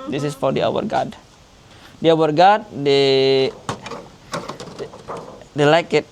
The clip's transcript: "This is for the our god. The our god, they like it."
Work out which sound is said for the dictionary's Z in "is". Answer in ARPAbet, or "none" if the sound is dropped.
S